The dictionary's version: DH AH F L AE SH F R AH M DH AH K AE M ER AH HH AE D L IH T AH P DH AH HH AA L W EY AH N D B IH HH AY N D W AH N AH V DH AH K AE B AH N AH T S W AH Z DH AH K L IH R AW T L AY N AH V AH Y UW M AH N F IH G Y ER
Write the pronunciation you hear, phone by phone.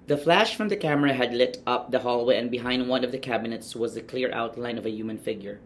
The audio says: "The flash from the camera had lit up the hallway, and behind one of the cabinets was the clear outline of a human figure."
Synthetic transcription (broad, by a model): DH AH F L AE SH F R AH M DH AH K AE M ER AH HH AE D L IH T AH P DH AH HH AA L W EY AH N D B IH HH AY N D W AH N AH V DH AH K AE B AH N AH T S W AH Z DH AH K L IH R AW T L AY N AH V AH Y UW M AH N F IH G Y ER